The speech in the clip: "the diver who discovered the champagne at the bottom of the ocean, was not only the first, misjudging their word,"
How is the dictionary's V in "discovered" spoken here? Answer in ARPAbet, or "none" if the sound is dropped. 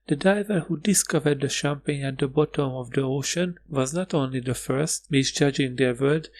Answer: V